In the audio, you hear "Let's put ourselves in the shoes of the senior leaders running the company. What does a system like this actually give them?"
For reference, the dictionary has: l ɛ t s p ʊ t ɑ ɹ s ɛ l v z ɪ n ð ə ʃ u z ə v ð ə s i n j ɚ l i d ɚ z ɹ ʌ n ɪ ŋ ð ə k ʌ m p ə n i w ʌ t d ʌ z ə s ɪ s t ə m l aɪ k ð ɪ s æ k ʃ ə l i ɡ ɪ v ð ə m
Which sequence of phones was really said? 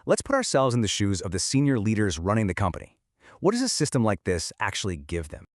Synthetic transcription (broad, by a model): l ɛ t s p ʊ t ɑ ɹ s ɛ l v z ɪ n ð ə ʃ u z ə v ð ə s i n j ɚ l i d ɚ z ɹ ʌ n ɪ ŋ ð ə k ʌ m p ə n i w ʌ t d ʌ z ə s ɪ s t ə m l aɪ k ð ɪ s æ k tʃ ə l i ɡ ɪ v ð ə m